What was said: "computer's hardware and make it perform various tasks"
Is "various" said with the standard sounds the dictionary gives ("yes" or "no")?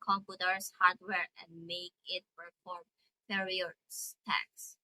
no